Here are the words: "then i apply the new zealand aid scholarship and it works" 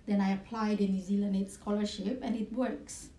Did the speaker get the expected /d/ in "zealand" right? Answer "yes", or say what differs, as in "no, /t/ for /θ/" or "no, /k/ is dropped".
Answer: no, /d/ is dropped